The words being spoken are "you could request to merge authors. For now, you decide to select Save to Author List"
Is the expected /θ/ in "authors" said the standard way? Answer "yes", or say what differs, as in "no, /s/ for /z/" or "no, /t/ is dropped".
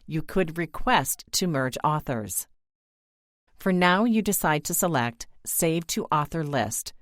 yes